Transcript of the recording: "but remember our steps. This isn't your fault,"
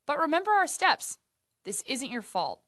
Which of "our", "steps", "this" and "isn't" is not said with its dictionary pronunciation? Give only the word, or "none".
none